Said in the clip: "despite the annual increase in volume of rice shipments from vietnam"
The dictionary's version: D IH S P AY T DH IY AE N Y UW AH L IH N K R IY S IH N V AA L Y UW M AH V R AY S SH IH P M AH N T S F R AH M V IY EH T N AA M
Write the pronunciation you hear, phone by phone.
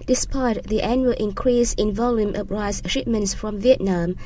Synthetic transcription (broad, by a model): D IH S P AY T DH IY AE N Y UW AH L IH N K R IY S IH N V AA L Y UW M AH P R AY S SH IH P M AH N T S F R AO M V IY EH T N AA M